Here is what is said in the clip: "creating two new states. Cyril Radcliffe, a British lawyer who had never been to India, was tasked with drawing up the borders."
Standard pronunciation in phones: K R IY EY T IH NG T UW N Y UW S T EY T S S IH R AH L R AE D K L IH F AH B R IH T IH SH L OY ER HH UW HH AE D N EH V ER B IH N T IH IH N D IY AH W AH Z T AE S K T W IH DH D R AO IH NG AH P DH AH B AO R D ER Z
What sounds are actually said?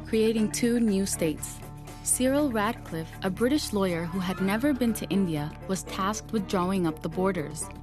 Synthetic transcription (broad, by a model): K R IY EY T IH NG T UW N Y UW S T EY T S S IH R L R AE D K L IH F AH B R IH T IH SH L OY ER HH UW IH D N EH V ER B IH N T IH IH N D IY AH W AH Z T AE S K T W IH DH D R AO IH NG AH P DH AH B AO R D ER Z